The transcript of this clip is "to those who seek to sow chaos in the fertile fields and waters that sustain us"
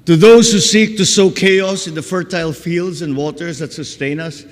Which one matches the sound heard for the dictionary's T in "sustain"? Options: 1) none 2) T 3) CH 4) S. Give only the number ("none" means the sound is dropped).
2